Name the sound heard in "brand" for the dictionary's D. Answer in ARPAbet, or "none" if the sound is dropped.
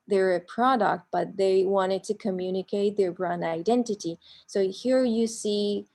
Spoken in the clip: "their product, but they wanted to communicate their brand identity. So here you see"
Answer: none